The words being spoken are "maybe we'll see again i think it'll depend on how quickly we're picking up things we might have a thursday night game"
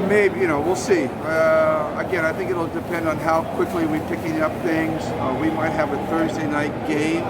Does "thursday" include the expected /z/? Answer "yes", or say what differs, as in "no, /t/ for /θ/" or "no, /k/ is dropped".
yes